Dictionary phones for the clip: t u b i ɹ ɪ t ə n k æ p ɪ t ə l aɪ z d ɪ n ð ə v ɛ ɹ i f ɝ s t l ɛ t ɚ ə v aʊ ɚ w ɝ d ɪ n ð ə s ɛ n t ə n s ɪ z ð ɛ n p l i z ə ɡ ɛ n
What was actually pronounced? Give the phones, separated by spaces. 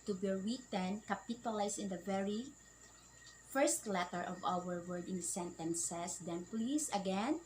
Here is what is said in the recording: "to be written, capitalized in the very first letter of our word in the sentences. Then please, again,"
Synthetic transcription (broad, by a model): t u b i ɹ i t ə n k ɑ p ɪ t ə l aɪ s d ɪ n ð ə v ɛ ɹ i f ɝ s t l ɛ t ɚ ə v aʊ ɚ w ɝ d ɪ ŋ s ɛ n t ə n s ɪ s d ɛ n p l i s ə ɡ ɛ n